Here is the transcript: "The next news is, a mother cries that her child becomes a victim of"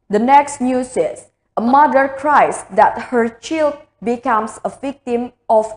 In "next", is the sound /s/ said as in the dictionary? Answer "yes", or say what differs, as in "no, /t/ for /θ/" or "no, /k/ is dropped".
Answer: yes